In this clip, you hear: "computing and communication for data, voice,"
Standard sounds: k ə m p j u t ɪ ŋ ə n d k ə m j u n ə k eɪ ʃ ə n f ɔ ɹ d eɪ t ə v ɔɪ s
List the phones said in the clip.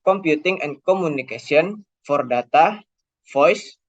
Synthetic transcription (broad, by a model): k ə m p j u t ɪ ŋ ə n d k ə m u n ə k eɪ s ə n f ɔ ɹ d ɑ t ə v ɔɪ s